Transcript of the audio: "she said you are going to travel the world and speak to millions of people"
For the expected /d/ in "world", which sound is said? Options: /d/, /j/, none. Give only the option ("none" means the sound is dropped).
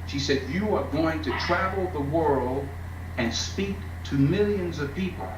/d/